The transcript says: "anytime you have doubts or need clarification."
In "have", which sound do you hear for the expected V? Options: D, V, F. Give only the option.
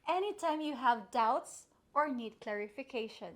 V